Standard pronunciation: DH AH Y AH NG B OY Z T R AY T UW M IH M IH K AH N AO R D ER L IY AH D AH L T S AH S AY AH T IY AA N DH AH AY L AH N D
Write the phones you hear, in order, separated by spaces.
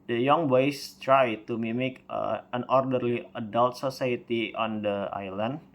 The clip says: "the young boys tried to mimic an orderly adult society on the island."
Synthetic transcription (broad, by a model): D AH Y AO NG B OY S T R AY T UW M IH M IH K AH N AO R D ER L IY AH D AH L T S AH S AY AH T IY AA N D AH AY L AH N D